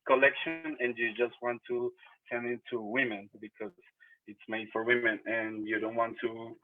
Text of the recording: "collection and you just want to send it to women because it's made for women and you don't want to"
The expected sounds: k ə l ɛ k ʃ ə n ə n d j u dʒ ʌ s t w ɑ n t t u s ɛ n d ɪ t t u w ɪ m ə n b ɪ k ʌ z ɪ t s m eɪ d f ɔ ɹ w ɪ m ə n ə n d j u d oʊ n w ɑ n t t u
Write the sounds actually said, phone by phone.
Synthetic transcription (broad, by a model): k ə l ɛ k ʃ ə n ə n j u dʒ ʌ s t w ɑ n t t u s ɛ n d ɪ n t u w ɪ m ə n b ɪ k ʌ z ɪ t s m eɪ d f ɔ ɹ w ɪ m ə n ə n j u d oʊ n w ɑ n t t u